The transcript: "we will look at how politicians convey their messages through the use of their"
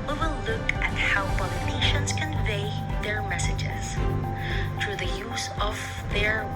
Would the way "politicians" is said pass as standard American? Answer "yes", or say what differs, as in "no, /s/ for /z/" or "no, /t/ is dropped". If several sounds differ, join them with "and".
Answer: no, /b/ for /p/ and /n/ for /l/